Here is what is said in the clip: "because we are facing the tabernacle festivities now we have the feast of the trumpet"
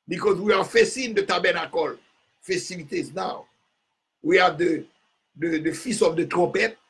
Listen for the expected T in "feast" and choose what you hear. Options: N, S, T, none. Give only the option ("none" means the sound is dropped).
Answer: none